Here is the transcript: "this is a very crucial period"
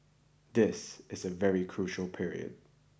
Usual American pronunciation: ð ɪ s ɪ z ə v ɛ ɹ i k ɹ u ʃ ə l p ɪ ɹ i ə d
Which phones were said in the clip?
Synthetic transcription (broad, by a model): ð ɪ s ɪ z ə v ɛ ɹ i k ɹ u ʃ l p ɪ ɹ i ə d